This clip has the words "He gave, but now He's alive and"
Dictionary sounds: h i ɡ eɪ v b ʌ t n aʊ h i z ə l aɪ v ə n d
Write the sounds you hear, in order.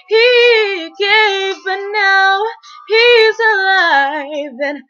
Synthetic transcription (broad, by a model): h i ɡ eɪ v b ʌ t n aʊ h i z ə l aɪ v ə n